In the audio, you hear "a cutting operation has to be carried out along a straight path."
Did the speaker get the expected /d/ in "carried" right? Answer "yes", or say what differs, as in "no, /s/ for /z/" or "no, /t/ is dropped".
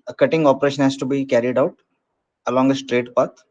yes